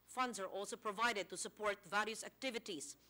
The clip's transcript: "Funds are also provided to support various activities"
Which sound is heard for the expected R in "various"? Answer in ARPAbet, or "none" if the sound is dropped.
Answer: L